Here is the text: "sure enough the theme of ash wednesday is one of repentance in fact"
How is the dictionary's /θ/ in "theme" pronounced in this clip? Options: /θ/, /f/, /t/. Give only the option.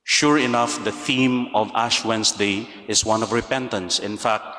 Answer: /θ/